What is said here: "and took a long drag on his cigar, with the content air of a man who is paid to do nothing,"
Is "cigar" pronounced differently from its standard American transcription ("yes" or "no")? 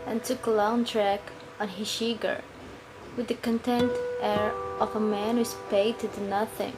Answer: yes